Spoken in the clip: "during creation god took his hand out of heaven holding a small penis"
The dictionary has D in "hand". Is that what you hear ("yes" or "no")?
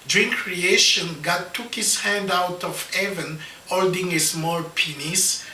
yes